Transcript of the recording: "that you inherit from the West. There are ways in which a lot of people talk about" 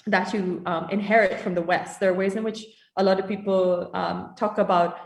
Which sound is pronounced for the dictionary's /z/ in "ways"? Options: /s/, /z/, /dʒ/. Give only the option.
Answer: /z/